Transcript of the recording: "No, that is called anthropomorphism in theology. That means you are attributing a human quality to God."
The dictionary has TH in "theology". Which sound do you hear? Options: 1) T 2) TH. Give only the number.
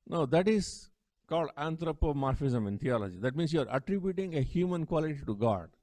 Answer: 1